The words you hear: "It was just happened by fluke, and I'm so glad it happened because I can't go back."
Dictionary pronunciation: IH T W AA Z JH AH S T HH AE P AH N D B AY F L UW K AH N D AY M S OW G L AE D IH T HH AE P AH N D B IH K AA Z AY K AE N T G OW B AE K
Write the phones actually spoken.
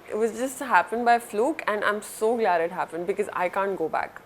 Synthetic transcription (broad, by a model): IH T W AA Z JH AH S T HH AE P AH N D B AY F L UW K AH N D AY M S OW G L AE D IH T HH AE P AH N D B IH K AA Z AY K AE N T G OW B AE K